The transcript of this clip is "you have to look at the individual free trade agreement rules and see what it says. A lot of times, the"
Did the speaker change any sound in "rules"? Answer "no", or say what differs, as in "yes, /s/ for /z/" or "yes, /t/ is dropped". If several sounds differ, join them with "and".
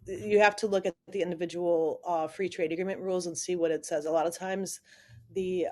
no